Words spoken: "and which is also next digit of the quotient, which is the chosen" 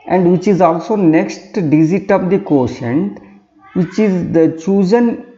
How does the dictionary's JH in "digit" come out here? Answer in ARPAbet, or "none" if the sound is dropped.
Z